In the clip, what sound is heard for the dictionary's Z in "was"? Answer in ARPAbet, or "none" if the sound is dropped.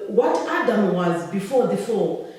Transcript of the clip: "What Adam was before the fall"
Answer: Z